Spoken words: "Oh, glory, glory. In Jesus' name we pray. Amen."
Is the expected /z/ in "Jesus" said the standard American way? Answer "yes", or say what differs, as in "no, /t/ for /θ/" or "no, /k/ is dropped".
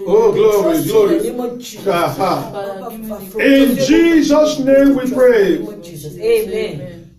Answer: yes